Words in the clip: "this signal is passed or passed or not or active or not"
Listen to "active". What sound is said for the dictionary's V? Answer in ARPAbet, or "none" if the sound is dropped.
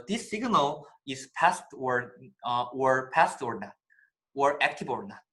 B